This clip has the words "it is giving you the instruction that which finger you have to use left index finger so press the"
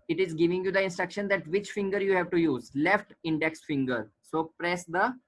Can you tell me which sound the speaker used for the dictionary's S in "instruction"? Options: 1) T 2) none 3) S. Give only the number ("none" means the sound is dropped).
3